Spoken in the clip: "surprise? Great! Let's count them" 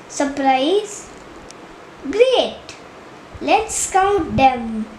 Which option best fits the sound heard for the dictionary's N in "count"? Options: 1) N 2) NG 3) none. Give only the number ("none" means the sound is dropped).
3